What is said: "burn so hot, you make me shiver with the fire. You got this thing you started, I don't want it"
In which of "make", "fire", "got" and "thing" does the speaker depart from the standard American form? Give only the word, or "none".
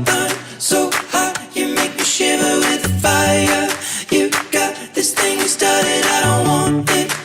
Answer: none